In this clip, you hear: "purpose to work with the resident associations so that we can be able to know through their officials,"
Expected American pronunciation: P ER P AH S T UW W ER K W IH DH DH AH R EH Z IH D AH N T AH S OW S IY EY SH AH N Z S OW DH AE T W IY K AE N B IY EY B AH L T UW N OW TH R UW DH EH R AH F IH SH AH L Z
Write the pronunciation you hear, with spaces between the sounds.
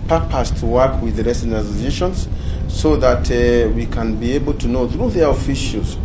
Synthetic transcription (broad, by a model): P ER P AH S T UW W ER K W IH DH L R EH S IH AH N AH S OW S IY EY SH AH N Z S OW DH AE T W IY K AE N B IY EY B AH L T UW N OW TH R UW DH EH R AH F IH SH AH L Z